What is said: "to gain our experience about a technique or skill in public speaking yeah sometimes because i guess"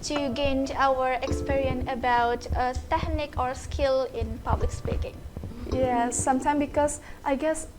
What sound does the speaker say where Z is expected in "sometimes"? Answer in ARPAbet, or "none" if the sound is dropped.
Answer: none